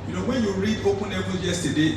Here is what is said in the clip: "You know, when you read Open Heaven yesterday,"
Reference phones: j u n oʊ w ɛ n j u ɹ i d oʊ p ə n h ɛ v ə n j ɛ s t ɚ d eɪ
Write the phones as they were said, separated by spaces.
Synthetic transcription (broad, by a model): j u n oʊ w ɛ n j u ɹ i d oʊ p ə n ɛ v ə l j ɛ s t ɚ d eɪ